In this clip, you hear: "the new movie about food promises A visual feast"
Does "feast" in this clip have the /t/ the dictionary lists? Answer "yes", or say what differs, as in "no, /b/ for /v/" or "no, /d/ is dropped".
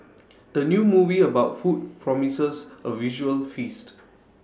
yes